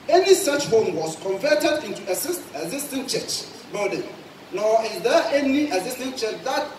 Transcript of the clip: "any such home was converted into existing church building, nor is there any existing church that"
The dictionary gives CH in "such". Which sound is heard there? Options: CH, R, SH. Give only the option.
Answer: CH